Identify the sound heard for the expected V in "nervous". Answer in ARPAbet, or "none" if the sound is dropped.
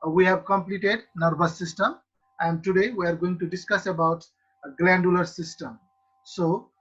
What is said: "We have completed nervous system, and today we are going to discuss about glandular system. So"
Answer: B